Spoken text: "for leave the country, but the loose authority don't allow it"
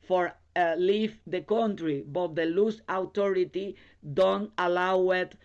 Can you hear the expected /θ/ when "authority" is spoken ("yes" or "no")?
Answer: no